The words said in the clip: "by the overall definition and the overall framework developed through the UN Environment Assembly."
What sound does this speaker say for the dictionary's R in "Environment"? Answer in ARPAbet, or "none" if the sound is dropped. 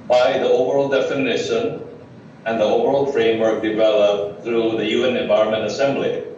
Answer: none